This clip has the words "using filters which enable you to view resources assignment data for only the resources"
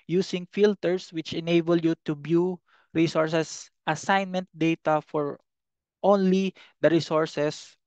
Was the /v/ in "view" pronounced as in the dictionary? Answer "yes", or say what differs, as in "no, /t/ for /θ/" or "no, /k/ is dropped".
no, /b/ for /v/